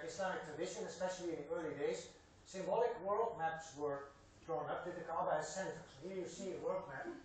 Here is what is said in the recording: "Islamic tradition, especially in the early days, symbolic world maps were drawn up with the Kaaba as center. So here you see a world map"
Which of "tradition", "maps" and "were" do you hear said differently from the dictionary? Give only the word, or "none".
tradition